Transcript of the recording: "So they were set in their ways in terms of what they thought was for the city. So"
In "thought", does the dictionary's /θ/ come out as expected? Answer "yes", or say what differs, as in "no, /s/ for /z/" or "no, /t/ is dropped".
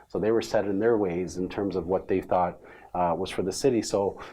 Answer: yes